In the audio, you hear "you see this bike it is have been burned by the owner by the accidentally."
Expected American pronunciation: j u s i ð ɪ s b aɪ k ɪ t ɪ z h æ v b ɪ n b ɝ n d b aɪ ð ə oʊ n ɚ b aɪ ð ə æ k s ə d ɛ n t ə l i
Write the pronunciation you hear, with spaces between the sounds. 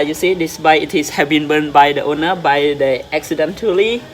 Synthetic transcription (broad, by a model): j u s i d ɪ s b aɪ ɪ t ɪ s h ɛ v b ɪ n b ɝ n b aɪ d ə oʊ n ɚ b aɪ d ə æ k s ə d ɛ n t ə l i